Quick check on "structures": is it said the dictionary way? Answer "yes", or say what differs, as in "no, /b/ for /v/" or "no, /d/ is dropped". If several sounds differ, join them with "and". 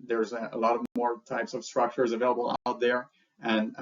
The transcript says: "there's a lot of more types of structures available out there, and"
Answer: yes